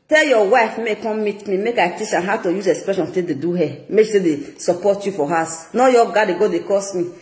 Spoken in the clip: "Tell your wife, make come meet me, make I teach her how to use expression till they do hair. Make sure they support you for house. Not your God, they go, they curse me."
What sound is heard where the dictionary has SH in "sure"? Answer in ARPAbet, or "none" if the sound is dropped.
S